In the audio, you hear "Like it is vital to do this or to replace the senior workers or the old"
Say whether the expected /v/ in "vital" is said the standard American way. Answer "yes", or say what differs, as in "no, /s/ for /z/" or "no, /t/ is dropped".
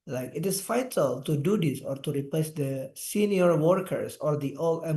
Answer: no, /f/ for /v/